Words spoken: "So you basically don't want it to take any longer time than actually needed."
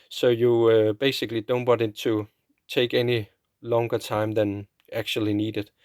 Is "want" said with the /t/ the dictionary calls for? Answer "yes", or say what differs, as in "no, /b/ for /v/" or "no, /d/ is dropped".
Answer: no, /t/ is dropped